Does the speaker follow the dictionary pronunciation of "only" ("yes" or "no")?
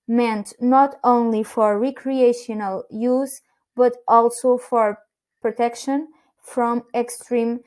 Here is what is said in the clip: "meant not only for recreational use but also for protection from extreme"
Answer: yes